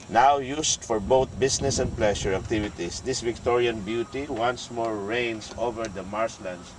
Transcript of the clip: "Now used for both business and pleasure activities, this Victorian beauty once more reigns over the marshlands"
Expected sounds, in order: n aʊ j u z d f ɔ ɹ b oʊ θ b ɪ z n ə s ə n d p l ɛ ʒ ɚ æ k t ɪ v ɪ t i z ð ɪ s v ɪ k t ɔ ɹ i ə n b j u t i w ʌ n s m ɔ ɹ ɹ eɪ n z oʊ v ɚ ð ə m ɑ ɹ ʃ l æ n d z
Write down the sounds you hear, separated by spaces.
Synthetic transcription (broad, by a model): n aʊ j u s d f ɔ ɹ b oʊ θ b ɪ s n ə s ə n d p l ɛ ʃ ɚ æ k t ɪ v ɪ t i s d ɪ s v ɪ k t ɔ ɹ i ə n b j u t i w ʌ n s m ɔ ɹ ɹ eɪ n s oʊ v ɚ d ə m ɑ ɹ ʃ l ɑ n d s